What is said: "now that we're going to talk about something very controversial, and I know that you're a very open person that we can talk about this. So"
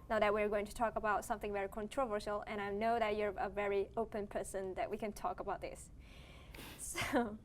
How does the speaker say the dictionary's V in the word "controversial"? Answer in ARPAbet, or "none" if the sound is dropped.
V